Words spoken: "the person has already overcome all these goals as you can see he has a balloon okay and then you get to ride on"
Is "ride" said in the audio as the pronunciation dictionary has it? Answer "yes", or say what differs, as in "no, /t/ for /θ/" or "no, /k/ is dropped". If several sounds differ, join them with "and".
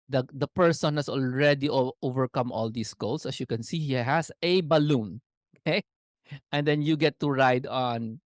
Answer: yes